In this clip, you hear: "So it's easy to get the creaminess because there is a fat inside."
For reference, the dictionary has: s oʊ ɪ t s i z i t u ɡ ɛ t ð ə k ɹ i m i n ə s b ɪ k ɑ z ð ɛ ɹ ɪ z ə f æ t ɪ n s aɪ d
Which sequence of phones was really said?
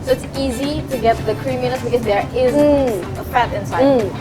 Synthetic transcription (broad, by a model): s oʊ ɪ t s i z i t u ɡ ɛ t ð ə k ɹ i m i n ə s b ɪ k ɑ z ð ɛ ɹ ɪ z ə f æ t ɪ n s aɪ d